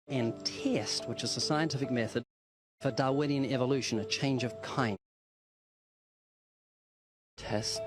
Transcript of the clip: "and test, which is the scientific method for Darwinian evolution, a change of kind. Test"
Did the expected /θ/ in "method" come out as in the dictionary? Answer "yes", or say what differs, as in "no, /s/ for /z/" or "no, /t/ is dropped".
yes